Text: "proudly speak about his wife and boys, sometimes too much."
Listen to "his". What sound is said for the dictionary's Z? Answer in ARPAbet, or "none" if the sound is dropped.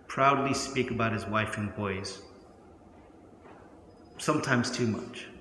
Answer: Z